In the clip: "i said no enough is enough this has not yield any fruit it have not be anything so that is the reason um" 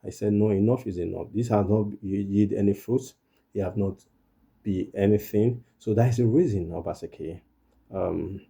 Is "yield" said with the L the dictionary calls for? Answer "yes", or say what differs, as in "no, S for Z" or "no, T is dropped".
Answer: no, L is dropped